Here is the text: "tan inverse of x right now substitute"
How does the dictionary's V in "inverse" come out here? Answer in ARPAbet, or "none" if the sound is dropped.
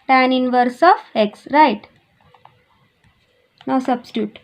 V